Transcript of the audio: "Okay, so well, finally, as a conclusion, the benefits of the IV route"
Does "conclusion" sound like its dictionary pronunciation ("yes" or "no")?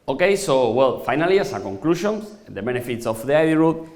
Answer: no